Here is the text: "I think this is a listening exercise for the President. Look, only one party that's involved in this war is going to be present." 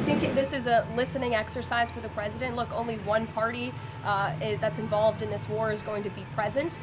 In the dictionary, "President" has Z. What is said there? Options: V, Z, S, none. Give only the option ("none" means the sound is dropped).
Z